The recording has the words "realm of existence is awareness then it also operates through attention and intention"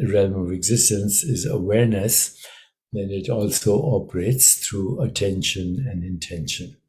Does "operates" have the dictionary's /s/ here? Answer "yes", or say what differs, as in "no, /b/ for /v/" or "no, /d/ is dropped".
yes